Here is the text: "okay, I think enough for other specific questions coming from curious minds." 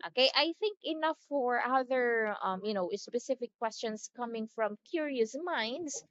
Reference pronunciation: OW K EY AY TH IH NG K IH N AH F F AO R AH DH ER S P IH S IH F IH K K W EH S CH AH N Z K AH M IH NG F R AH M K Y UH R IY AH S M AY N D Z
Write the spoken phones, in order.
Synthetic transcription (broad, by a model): OW K EY AY TH IH NG K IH N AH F F AO R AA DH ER S P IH S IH F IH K K W EH S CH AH N S K AH M IH NG F R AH M K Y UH R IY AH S M AY N D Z